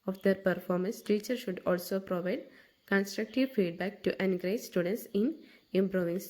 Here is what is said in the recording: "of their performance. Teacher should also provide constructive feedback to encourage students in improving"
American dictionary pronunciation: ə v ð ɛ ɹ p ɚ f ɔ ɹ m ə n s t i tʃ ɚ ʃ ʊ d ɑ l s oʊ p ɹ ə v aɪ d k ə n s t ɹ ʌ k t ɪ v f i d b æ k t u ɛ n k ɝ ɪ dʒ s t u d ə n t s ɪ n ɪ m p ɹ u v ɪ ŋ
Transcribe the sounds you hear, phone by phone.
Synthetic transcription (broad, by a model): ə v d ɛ ɹ p ɚ f ɔ ɹ m ə n s t i tʃ ɚ ʃ ʊ d ɑ l s oʊ p ɹ ə v aɪ d k ə n s t ɹ ʌ k t ɪ v f i d b æ k t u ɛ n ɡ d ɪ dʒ s t u d ə n t s ɪ n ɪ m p ɹ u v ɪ ŋ